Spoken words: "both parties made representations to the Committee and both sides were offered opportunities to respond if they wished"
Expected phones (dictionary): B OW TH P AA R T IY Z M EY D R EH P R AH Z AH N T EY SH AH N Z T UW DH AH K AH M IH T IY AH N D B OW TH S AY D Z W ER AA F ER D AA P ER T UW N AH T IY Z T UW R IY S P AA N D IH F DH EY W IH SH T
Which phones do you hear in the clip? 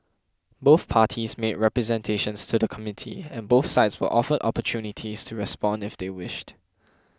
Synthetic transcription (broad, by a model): B OW TH P AA T IY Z M EY D R EH P R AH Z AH N T EY SH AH N S T UW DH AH K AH M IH T IY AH N B OW TH S AY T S W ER AA F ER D AA P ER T UW N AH T IY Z T UW R IY S P AA N D IH F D EY W IH SH T